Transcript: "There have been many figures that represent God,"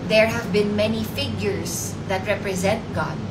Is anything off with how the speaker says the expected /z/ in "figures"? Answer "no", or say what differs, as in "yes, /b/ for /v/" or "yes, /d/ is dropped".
yes, /s/ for /z/